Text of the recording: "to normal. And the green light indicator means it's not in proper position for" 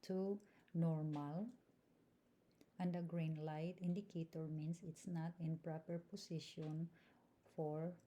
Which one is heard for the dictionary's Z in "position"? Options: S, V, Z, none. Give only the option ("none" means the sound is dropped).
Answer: S